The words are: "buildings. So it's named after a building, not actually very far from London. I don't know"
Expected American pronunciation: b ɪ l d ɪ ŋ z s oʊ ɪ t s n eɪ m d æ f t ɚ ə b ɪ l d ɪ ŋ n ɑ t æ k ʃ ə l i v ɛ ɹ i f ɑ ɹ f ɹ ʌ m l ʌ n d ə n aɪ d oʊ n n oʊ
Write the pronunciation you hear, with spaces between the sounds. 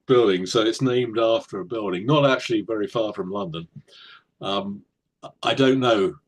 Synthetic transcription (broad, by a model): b ɪ l d ɪ ŋ s oʊ ɪ t s n eɪ m d æ f t ɚ ə b ɪ l d ɪ ŋ n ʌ t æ k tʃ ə l i v ɛ ɹ i f ɑ ɹ f ɹ ʌ m l ʌ n d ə n aɪ d oʊ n n oʊ